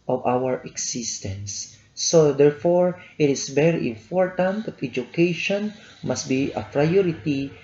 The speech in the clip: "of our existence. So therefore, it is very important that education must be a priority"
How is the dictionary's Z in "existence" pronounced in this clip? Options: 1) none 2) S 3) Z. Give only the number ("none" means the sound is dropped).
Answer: 2